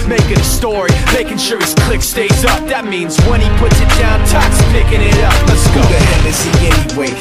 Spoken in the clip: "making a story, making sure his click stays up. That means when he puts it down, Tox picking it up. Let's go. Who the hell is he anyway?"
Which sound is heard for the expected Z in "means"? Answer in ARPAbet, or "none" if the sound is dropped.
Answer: Z